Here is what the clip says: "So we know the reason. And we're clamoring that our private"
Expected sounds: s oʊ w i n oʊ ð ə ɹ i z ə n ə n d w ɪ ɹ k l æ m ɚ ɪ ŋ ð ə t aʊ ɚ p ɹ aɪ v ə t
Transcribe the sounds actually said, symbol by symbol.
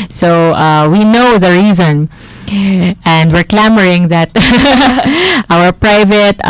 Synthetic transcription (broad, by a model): s oʊ w i n oʊ ð ə ɹ i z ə n ə n d w ɪ ɹ k l æ m ɚ ɪ ŋ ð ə t aʊ ɚ p ɹ aɪ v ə t